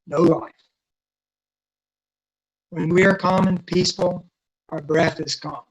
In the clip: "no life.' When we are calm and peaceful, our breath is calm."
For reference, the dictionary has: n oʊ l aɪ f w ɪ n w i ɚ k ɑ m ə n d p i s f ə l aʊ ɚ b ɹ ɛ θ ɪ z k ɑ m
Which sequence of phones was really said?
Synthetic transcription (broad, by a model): n oʊ l aɪ f w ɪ n w i ɚ k ɑ m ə n p i s f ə l aʊ ɚ b ɹ ɛ θ ɪ z k ɑ m